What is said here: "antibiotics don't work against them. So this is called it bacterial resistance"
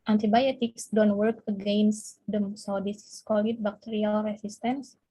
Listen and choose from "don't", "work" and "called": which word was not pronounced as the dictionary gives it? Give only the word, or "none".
called